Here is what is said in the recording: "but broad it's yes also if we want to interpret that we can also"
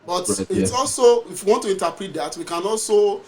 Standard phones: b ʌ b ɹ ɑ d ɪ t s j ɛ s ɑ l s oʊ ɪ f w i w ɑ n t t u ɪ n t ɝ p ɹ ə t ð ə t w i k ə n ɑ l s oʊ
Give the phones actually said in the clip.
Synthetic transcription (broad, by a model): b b ɑ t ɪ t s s ɑ l s oʊ ɪ f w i w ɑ n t t u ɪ n t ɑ p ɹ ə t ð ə t w i k ə n ɑ l s oʊ